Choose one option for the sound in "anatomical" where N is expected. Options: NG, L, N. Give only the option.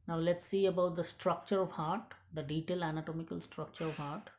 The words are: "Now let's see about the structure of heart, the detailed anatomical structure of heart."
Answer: N